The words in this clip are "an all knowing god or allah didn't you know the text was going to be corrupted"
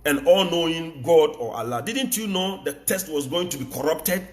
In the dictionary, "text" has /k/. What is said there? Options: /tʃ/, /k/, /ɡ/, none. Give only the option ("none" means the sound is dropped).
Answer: none